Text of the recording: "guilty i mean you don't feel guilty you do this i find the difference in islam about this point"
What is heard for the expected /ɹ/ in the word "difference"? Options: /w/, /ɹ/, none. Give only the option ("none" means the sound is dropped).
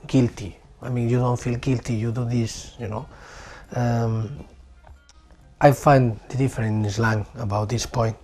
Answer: none